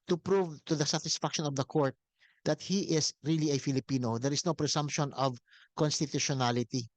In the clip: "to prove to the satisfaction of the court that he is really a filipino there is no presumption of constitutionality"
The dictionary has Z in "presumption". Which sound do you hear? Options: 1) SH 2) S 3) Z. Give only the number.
2